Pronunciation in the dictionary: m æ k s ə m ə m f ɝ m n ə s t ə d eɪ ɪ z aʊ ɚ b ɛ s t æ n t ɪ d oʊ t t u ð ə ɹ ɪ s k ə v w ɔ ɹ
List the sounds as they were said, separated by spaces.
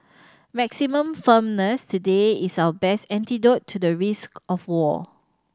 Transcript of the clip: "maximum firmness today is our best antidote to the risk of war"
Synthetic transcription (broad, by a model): m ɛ k s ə m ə m f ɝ m n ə s t ə d eɪ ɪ s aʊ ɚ b ɛ s t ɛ n t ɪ d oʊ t t u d ə ɹ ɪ s k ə f w ɔ